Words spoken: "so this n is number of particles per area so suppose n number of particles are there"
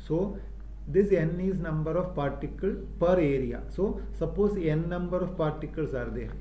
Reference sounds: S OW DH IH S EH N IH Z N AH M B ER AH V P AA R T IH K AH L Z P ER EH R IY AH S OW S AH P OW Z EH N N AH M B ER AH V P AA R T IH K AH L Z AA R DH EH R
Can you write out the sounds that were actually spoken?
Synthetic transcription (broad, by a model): S OW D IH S EH N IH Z N AH M B ER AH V P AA R T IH K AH L P ER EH R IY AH S OW S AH P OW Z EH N N AH M B ER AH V P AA R T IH K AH L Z AA R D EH R